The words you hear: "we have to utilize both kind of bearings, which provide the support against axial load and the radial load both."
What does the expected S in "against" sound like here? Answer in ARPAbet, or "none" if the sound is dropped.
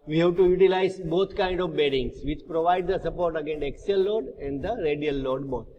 none